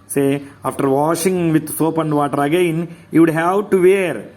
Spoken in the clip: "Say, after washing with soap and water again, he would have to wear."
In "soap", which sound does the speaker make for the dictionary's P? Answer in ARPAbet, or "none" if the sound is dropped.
P